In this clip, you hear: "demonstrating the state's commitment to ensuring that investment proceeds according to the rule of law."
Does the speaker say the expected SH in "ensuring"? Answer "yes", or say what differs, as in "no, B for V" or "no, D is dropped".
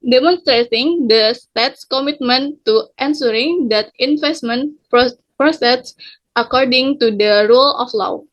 no, S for SH